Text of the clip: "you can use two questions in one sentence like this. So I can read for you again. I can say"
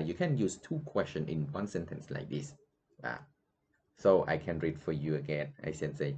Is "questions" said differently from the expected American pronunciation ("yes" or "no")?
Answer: yes